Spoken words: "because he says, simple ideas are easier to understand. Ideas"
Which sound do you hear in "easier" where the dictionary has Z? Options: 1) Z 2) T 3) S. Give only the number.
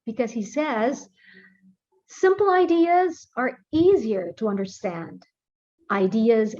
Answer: 1